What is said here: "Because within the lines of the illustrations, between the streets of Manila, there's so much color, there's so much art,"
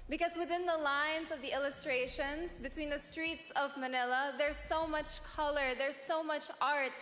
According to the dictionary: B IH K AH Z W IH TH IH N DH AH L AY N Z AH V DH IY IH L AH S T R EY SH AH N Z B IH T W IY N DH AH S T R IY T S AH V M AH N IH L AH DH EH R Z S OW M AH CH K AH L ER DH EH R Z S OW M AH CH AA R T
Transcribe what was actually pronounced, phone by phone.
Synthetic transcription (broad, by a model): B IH K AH Z W IH TH IH N DH AH L AY N Z AH V DH IY IH L AH S T R EY SH AH N Z B IH T W IY N DH AH S T R IY T S AH V M AH N IH L AH DH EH R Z S OW M AH CH K AH L ER DH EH R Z S OW M AH CH AA R T